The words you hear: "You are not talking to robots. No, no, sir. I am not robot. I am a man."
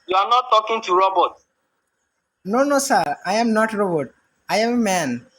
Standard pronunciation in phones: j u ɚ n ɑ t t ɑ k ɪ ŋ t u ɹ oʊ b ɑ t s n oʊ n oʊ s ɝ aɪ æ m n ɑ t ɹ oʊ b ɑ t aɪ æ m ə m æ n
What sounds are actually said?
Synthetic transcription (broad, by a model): j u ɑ n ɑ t t ɑ k ɪ ŋ t u ɹ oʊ b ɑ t n oʊ n oʊ s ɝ aɪ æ m n ɑ t ɹ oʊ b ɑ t aɪ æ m ə m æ n